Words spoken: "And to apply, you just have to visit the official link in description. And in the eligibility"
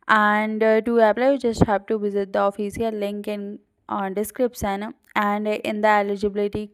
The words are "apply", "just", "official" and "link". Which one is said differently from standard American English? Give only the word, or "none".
official